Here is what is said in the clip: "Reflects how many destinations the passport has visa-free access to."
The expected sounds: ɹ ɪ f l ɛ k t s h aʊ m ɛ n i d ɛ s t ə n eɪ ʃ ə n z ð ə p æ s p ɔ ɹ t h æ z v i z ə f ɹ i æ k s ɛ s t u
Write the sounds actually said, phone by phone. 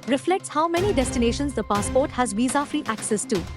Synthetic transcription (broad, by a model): ɹ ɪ f l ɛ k t s h aʊ m ɛ n i d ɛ s t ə n eɪ ʃ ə n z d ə p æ s p ɔ ɹ t h æ z v i z ə f ɹ i æ k s ɛ s t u